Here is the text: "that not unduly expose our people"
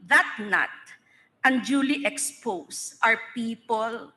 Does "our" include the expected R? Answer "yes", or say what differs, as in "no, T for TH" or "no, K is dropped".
yes